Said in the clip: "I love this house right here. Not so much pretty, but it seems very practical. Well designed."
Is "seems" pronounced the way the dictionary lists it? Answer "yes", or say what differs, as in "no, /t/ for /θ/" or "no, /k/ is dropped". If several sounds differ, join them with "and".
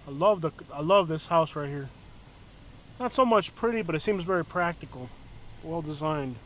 yes